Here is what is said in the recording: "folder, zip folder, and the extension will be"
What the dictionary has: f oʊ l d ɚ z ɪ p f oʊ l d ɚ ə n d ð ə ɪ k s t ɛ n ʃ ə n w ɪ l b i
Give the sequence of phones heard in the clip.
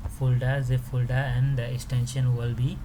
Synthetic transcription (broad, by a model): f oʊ l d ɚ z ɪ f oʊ l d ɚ ə n d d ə ɪ k s t ɛ n ʃ ə n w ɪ l b i